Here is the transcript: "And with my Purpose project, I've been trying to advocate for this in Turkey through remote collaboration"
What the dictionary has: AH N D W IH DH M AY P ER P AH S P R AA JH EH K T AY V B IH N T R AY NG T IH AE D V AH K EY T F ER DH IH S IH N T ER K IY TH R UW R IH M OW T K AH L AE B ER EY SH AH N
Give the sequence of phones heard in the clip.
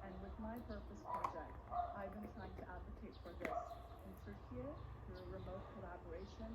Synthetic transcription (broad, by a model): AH N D W IH DH M AY P ER P AH S P R AA JH EH K T AY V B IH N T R AY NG T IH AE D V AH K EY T F ER DH IH S IH N S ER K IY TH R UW R IH M OW T K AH L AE B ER EY SH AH N